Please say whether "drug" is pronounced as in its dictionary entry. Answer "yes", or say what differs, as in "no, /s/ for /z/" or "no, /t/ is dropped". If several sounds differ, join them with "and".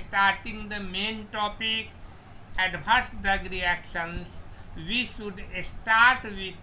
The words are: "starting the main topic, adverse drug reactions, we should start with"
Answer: no, /ɹ/ is dropped